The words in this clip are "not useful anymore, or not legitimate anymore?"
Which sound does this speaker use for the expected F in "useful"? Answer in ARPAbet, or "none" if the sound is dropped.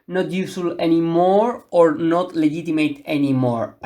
none